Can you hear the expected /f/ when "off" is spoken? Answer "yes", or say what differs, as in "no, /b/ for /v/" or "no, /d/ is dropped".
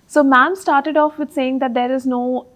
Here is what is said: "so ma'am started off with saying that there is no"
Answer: yes